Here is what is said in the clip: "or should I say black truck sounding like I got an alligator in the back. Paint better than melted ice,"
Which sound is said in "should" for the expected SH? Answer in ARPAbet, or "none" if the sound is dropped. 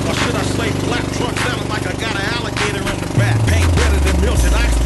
S